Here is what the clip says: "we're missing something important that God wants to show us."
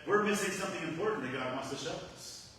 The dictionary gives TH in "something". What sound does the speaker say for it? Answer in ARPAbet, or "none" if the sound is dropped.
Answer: TH